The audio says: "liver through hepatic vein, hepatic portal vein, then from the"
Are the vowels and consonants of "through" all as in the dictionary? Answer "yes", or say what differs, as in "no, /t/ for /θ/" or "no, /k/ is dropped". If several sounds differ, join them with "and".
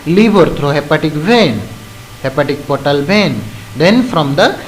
no, /t/ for /θ/